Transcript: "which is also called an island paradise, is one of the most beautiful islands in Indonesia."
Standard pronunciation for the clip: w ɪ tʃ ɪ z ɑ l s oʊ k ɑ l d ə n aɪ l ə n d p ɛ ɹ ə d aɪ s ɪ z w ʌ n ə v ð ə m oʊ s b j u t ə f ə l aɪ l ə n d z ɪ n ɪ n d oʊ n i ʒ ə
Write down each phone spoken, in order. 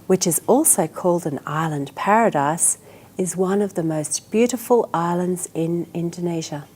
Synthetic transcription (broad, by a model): w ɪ tʃ ɪ z ɑ l s oʊ k ɑ l d ə n aɪ l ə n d p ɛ ɹ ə d aɪ s ɪ z w ʌ n ə v ð ə m oʊ s b j u t ə f ə l aɪ l ə n d z ɪ n ɪ n d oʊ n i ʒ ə